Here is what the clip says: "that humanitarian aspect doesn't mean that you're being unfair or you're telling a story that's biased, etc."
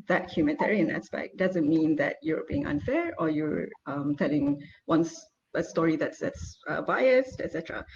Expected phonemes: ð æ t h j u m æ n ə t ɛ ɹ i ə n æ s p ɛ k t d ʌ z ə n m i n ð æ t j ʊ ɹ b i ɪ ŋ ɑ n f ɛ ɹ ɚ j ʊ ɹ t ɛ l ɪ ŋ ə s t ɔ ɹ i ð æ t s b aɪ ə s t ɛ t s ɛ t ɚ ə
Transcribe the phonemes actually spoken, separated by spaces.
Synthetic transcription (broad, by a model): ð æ t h j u m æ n t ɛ ɹ i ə n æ s p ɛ k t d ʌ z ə n m i n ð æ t j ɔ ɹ b i ɪ ŋ ɑ n f ɛ ɹ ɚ j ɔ ɹ t ɛ l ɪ ŋ ə s t ɔ ɹ i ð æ t s b aɪ ə s t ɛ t s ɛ t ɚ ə